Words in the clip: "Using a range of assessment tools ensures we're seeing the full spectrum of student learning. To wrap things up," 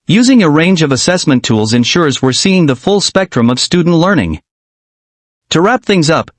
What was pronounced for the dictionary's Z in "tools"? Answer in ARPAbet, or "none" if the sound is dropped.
Z